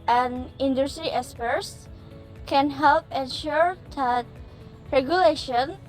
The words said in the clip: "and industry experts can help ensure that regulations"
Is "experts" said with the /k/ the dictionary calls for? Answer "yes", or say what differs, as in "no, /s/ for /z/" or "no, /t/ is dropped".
no, /k/ is dropped